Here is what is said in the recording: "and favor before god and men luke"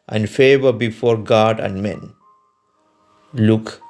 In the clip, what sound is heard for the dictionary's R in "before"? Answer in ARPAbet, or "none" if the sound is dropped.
R